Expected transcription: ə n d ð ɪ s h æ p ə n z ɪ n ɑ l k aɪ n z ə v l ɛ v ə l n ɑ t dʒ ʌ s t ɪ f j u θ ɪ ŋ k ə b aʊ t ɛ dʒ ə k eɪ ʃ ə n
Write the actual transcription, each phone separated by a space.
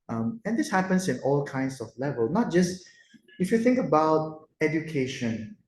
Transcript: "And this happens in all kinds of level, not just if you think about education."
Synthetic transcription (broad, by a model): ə n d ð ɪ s h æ p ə n s ɪ n ɑ l k aɪ n s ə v l ɛ v ə l n ɑ t dʒ ʌ s t ɪ f j u θ ɪ ŋ k ə b aʊ t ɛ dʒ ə k eɪ ʃ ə n